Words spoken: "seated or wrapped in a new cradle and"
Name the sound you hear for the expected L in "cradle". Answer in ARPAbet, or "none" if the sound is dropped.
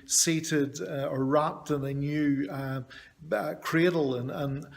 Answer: N